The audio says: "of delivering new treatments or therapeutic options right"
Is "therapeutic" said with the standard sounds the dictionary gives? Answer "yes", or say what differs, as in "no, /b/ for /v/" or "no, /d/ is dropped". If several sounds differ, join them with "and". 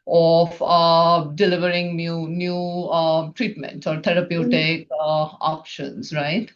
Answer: no, /t/ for /θ/